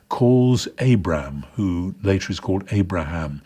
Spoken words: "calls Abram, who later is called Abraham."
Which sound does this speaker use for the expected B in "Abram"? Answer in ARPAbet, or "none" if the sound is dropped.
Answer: B